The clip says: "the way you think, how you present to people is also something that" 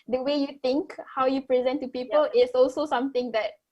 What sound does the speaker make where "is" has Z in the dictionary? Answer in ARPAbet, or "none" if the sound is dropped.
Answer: S